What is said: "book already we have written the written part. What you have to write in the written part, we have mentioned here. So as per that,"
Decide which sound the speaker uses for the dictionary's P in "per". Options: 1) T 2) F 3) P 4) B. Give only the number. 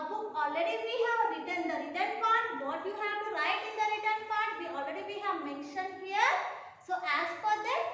2